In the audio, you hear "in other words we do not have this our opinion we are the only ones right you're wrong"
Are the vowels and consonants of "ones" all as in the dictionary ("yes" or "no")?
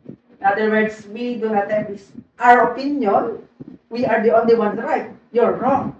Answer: no